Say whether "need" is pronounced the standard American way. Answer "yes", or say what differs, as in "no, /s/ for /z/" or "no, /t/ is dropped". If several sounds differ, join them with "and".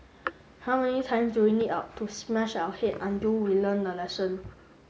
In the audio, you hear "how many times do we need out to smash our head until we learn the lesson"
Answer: no, /l/ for /n/